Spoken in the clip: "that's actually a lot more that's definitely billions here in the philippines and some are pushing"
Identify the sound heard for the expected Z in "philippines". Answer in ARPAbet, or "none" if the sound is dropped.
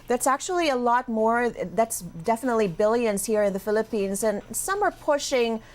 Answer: Z